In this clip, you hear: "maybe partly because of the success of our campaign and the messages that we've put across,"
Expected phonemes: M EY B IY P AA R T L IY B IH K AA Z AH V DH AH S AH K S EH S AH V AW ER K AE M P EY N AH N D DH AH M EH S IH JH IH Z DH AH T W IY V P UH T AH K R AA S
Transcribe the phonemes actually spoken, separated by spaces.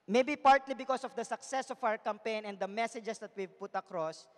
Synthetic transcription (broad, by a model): M EY B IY P AA R T L IY B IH K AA S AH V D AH S AH K S EH S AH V AW ER K AE M P EY N AH N D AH M EH S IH JH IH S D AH T W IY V P UH T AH K R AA S